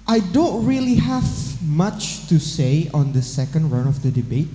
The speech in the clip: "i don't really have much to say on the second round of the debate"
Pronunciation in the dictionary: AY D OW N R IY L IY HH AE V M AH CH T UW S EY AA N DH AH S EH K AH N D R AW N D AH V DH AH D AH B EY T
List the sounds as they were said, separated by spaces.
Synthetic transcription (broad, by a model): AY D OW N R IY L IY HH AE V M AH CH T UW S EY AA N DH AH S EH K AH N D R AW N AH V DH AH D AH B EY T